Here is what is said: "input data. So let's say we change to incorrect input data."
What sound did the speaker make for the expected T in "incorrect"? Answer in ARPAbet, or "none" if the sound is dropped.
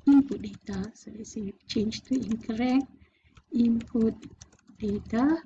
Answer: none